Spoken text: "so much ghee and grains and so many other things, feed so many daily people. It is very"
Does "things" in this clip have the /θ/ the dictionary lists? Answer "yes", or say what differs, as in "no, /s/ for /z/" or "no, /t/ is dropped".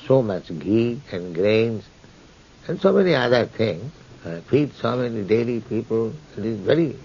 no, /t/ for /θ/